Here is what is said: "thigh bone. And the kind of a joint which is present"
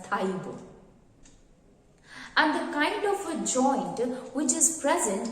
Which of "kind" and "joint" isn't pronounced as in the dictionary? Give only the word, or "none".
none